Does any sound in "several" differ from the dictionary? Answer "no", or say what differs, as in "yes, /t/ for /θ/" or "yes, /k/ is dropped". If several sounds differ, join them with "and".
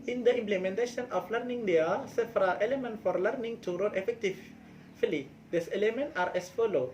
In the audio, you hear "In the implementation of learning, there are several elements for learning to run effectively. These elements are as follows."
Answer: yes, /f/ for /v/